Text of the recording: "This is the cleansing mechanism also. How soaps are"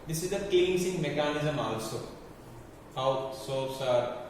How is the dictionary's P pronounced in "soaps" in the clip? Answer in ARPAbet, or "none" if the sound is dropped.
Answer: none